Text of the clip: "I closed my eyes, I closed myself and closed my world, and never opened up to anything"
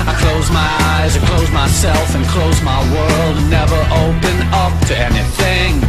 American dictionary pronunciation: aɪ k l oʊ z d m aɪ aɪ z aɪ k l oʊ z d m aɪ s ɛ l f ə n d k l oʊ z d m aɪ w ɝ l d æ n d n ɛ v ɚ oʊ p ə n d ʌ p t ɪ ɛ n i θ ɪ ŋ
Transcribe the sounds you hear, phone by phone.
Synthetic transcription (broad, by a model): aɪ k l oʊ z m aɪ aɪ z aɪ k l oʊ z m aɪ s ɛ l f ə n k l oʊ z m aɪ w ɝ l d d n ɛ v ɚ oʊ p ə n ʌ p t ɪ ɛ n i θ ɪ ŋ